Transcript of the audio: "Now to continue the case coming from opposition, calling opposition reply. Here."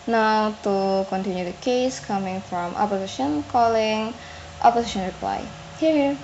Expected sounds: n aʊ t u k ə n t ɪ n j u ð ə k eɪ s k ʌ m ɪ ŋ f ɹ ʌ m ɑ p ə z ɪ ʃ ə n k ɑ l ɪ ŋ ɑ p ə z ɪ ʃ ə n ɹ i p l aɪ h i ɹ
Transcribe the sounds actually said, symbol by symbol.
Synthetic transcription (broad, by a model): n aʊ t u k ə n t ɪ n j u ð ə k eɪ s k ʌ m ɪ ŋ f ɹ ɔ m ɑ p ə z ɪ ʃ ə n k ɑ l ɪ ŋ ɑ p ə s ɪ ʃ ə n ɹ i p l aɪ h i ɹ